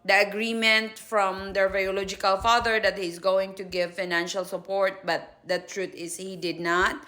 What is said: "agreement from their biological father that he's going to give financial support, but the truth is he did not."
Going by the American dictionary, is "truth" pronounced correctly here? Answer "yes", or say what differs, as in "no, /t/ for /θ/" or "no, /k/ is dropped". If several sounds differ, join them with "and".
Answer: no, /t/ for /θ/